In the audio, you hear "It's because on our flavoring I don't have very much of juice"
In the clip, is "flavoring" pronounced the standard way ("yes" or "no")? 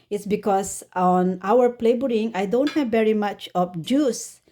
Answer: no